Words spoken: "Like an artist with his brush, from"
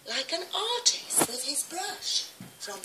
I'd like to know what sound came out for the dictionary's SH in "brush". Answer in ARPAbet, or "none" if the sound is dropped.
SH